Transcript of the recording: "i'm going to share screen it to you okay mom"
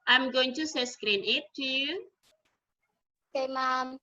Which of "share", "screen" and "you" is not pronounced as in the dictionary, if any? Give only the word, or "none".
share